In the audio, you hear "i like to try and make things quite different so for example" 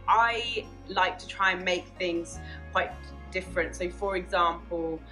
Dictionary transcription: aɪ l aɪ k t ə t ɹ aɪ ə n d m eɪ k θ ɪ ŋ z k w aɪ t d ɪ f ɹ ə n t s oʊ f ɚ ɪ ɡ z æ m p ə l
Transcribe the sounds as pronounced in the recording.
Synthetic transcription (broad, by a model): aɪ l aɪ k t ə t ɹ aɪ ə n m eɪ k θ ɪ ŋ z k w aɪ t d ɪ f ɹ ə n t s oʊ f ɚ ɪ ɡ z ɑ m p ə l